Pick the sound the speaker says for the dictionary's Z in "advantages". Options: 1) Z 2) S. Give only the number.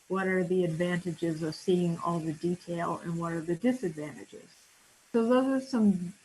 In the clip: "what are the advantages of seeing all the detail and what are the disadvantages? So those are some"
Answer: 1